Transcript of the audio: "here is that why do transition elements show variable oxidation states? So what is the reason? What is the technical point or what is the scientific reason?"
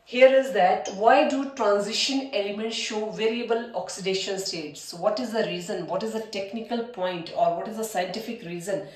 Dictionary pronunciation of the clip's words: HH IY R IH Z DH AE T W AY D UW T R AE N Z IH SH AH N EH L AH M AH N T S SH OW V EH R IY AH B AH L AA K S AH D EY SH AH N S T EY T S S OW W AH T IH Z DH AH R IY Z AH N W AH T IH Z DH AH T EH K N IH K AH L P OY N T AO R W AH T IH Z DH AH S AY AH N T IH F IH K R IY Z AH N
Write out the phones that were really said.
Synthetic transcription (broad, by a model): HH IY R IH Z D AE T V AY D UW T R AE N Z IH SH AH N EH L AH M AH N T S SH OW V EH R IY AH B AH L AA K S AH D EY SH AH N S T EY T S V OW T IH Z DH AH R IY Z AH N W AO T IH Z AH T EH K N IH K AH L P OY N T AO R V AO T IH Z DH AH S AY AH N T IH F IH K R IY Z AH N